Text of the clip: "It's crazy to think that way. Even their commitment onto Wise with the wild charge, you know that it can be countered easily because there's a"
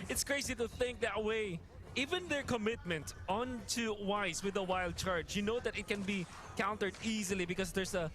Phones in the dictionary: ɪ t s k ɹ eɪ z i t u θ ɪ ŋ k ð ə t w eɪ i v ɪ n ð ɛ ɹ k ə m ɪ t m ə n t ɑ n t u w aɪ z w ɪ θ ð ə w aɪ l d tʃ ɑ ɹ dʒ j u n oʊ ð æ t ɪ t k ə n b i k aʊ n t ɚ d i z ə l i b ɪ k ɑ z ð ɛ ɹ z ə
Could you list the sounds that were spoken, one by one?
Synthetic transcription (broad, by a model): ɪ t s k ɹ eɪ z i t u θ ɪ ŋ k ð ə t w eɪ i v ɪ n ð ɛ ɹ k ə m ɪ t m ə n t ɑ n t u w aɪ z w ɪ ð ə w aɪ l d tʃ ɑ ɹ dʒ j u n oʊ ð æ t ɪ t k ə n b i k aʊ n t ɚ d i z ə l i b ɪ k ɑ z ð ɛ ɹ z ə